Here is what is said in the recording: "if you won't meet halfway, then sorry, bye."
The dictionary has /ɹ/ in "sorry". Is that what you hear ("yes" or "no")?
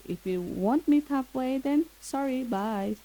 yes